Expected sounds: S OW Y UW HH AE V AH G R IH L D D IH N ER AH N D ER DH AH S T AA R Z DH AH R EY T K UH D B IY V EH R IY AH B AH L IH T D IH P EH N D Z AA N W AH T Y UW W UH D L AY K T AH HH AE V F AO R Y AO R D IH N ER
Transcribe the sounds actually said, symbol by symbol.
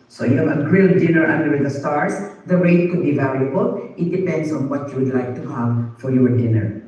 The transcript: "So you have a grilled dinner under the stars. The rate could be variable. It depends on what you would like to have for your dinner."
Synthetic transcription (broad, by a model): S OW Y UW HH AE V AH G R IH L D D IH N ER AH N D ER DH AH S T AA R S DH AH R EY T K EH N B IY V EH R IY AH B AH L IH T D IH P EH N D S AA N W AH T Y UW W UH D L AY K T AH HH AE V F AO R Y AO R D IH N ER